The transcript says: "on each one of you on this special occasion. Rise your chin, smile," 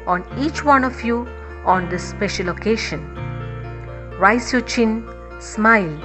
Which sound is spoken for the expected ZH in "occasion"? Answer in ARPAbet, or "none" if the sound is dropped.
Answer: SH